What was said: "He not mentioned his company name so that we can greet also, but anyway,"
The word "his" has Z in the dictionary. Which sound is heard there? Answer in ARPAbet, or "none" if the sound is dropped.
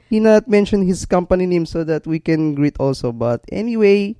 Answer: S